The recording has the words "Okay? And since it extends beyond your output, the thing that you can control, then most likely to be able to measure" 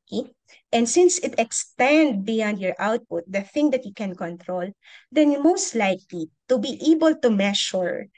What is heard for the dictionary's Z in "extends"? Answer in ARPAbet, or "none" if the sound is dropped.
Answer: none